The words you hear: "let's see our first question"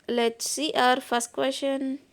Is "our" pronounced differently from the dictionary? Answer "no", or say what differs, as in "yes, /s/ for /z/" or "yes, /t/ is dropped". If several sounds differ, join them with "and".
no